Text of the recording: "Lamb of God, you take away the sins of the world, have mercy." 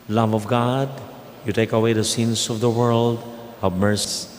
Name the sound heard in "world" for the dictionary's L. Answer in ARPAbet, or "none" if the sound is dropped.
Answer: L